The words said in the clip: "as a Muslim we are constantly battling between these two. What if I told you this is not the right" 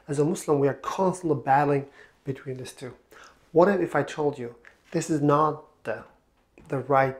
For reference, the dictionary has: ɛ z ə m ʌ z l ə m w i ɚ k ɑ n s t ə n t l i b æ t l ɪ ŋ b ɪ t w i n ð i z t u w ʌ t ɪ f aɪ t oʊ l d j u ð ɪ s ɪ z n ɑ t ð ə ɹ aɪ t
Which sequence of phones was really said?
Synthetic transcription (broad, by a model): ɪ z ə m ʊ s l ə m w i ɚ k ɑ n s t ə n t l i b æ t l ɪ ŋ b ɪ t w i n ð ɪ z t u w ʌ t ɪ f aɪ t oʊ l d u ð ɪ s ɪ z n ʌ t ð ə ɹ aɪ t